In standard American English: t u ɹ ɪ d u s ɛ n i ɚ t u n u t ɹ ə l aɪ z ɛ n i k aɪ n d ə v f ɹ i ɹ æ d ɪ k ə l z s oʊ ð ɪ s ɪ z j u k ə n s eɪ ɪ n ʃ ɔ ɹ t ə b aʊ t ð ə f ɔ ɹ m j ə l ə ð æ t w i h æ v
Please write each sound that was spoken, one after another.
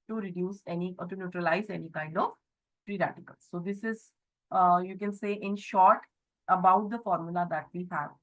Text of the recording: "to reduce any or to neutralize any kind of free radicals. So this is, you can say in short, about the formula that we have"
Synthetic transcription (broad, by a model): t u ɹ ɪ d u s ɛ n i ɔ t u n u t ɹ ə l aɪ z ɛ n i k aɪ n d ə v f ɹ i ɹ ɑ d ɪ k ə l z s oʊ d ɪ s ɪ z j u k ə n s eɪ ɪ n ʃ ɔ ɹ t ə b aʊ t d ə f ɔ ɹ m j ə l ə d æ t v i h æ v